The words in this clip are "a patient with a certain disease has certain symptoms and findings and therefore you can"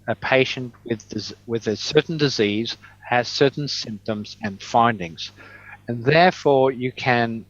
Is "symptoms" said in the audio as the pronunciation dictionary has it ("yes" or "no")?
yes